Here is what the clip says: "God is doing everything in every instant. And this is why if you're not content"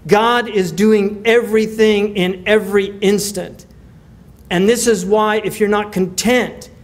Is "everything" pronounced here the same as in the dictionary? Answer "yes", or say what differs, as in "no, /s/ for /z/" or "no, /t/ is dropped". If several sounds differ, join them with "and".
yes